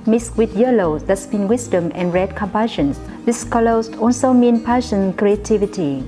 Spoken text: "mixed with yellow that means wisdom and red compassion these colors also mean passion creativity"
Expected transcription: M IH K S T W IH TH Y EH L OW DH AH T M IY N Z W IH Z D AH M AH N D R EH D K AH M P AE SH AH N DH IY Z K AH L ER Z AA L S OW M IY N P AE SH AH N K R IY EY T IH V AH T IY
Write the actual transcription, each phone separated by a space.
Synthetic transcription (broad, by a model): M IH S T W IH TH Y EH L OW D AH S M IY N W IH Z D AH M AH N R EH D K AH M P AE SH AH N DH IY S K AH L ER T AA L S OW M IY N P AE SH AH N K R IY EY T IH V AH T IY